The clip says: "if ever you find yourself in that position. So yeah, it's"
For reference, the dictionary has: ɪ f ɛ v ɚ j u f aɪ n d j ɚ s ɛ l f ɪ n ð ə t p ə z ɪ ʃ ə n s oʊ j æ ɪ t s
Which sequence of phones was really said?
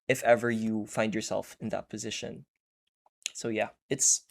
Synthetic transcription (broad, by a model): ɪ f ɛ v ɚ j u f aɪ n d j ɚ s ɛ l f ɪ n ð ə t p ə z ɪ ʃ ə n s oʊ j æ ɪ t s